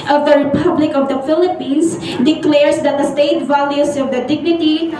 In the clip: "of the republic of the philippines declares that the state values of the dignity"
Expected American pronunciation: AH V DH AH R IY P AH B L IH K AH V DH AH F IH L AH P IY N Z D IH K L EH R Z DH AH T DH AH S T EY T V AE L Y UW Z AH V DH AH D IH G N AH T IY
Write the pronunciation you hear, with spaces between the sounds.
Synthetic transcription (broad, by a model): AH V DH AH R IY P AH B L IH K AH V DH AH F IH L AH P IY N S D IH K L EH R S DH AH T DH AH S T EY T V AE L Y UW S AH V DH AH D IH G N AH T IY